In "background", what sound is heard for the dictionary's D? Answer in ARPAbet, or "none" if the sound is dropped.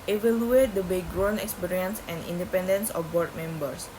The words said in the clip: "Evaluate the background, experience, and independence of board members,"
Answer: none